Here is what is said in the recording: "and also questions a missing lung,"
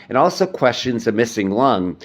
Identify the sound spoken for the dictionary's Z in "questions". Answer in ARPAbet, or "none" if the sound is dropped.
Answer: Z